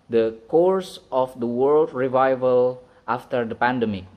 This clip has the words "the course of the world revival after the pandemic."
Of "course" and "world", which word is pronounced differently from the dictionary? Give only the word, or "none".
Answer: none